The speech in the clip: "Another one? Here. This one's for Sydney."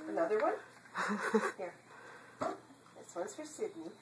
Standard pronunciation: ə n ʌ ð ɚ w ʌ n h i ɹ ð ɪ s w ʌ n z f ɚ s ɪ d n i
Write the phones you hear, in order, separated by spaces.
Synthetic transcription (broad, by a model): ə n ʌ ð ɚ w ʌ n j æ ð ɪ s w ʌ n s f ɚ s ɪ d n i